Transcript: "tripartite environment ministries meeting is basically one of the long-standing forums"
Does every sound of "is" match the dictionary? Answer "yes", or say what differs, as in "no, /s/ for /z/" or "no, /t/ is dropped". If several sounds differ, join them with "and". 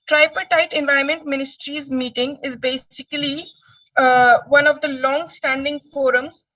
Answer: yes